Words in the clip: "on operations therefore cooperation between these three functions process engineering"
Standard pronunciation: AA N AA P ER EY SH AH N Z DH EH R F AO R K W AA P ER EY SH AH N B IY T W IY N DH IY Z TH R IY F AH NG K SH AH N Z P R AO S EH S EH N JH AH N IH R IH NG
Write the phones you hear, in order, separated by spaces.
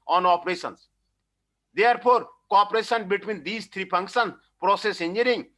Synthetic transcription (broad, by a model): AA N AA P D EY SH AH N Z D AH R P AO R K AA P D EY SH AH N B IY T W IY N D IY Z T R IY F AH NG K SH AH N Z P R AO S EH S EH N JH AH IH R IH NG